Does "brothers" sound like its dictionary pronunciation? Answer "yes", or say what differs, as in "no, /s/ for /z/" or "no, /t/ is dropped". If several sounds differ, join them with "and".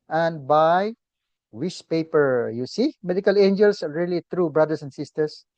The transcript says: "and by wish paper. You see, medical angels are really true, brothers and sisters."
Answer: no, /s/ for /z/